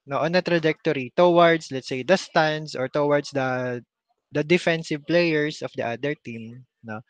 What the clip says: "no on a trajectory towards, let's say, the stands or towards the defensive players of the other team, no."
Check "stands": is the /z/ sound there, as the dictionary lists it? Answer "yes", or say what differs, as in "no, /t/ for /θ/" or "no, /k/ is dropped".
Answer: no, /s/ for /z/